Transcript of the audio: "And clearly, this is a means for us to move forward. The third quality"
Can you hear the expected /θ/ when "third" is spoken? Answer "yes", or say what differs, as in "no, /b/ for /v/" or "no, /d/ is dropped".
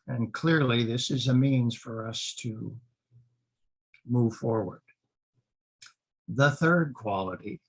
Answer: yes